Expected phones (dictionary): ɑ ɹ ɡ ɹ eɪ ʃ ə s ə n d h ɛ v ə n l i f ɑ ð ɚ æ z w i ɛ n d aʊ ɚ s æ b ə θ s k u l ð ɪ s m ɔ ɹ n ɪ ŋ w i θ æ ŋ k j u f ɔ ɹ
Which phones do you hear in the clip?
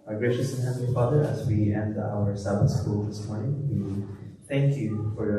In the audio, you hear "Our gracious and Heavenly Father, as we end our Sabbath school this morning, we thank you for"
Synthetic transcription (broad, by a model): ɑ ɡ ɹ eɪ ʃ ə s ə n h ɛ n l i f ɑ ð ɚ æ z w i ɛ n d aʊ ɚ s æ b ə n s k u l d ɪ s m ɔ ɹ n ɪ ŋ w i t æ ŋ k j u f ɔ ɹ